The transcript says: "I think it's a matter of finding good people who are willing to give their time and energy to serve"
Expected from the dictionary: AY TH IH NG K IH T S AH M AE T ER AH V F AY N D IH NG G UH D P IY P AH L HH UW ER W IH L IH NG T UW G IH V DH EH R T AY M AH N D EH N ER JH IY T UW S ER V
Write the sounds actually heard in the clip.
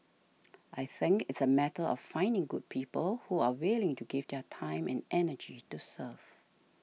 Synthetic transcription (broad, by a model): AY TH IH NG K IH T S AH M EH T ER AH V F AY N D IH NG G UH D P IY P AH L HH UW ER W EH L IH NG T UW G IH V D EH T AY M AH N EH N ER JH IY T UW S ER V